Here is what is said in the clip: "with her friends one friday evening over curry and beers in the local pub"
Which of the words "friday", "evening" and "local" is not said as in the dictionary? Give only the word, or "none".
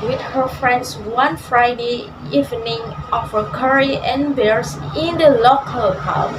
none